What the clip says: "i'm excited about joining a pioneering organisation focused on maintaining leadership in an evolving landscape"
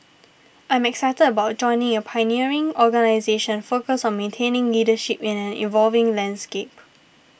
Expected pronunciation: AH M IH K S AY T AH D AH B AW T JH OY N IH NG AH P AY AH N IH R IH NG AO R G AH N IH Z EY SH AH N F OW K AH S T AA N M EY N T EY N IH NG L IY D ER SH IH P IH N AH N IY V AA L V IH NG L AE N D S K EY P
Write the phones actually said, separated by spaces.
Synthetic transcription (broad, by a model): AH M IH K S AY T AH D AH B AW T JH OY N IH NG AH P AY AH N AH R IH NG AO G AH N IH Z EY SH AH N F OW K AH S AA N M EY N T EY N IH NG L IY D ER SH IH P IH N AH N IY V AA L V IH NG L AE N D S K EY P